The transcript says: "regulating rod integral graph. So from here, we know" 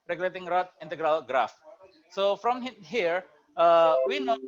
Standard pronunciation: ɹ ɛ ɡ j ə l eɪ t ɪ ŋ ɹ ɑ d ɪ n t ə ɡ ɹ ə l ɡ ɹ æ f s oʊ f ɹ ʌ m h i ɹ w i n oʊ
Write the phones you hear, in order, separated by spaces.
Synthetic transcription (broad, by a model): ɹ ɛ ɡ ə l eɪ t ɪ ŋ ɹ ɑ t ɪ n t ə ɡ ɹ ə l ɡ ɹ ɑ f s oʊ f ɹ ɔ m h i ɹ w i n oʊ